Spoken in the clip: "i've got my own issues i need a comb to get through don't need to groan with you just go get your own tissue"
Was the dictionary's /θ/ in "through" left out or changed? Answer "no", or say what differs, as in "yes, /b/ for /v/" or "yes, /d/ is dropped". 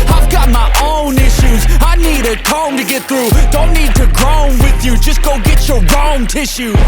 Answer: no